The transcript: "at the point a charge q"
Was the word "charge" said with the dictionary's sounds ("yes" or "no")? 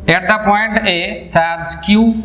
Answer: no